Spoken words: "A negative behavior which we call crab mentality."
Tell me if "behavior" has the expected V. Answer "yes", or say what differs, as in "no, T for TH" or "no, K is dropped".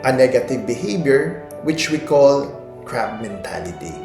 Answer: no, B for V